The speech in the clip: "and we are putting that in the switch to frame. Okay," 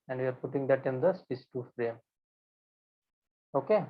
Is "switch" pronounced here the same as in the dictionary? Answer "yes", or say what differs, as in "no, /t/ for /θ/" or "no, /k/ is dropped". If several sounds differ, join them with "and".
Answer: no, /s/ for /tʃ/